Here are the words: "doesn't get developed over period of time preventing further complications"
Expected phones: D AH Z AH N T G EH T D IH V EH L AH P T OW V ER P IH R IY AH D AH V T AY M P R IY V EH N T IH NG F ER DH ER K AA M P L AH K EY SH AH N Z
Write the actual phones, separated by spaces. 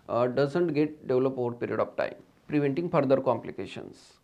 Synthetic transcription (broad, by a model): D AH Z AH N T G EH T D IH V L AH P OW V ER P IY R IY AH D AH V T AY M P R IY V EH N T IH NG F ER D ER K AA M P L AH K EY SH AH N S